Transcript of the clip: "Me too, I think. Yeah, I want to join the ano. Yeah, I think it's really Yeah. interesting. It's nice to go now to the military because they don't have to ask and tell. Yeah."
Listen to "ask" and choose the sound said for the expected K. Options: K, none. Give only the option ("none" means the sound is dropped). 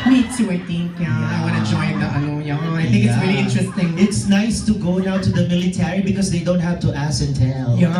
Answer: none